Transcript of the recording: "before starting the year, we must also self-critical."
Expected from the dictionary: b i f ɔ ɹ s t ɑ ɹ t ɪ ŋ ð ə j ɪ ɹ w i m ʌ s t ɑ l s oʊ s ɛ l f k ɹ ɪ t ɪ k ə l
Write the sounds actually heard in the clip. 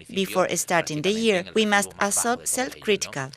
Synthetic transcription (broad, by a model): b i f ɔ ɹ s t ɑ ɹ t ɪ ŋ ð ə j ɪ ɹ w i m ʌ s t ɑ s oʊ s ɛ l f k ɹ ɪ t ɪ k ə l